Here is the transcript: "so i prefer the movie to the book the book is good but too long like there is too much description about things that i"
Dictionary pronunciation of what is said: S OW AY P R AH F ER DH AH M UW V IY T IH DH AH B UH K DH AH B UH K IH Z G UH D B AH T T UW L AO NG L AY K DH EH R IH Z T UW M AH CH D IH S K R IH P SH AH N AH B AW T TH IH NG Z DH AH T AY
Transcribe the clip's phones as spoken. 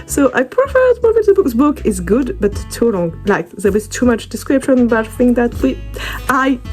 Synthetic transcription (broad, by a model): S OW AY P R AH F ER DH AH M UW V IY T IH DH AH B UH K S B UH K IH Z G UH D B AH T T UW L AO NG L AY K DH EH W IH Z T UW M AH CH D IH S K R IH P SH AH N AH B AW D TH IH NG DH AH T AY